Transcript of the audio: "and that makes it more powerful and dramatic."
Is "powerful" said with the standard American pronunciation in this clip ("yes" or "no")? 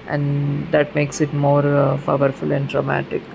no